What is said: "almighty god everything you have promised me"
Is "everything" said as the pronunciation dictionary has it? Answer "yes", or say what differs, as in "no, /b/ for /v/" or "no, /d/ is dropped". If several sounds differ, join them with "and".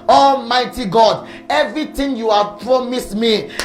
no, /t/ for /θ/